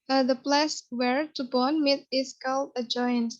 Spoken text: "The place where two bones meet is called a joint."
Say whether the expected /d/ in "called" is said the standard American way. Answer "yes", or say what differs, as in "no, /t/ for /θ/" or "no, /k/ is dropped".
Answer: no, /d/ is dropped